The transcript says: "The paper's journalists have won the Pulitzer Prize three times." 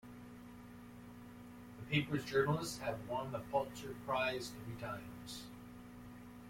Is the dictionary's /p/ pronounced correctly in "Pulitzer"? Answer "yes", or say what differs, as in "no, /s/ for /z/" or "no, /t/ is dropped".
no, /f/ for /p/